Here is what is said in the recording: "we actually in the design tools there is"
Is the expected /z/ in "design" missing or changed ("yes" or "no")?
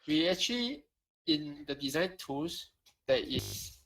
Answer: no